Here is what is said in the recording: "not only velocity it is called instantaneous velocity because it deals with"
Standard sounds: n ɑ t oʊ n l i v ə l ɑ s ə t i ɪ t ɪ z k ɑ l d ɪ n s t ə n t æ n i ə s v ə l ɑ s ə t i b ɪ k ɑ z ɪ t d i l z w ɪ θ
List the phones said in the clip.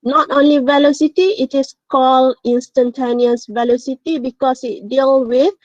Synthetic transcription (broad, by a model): n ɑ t oʊ n l i v ə l ɑ s ə t i ɪ t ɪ s k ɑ l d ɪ n s t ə n t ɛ n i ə s v ə l ɑ s ə t i b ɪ k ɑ s ɪ t d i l w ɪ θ